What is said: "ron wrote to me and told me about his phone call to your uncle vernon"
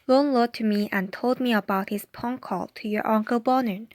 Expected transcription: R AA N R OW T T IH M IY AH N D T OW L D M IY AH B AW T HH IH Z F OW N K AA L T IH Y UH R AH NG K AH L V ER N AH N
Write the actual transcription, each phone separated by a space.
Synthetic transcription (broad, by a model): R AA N L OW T T IH M IY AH N T OW L D M IY AH B AW T HH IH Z P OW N K AA L T IH Y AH R AH NG K AH L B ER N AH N